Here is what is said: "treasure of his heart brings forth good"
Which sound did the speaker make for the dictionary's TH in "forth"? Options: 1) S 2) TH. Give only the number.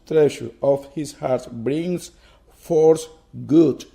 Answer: 1